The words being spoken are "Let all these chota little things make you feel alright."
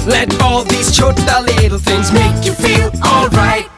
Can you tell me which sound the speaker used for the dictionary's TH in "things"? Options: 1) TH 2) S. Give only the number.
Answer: 1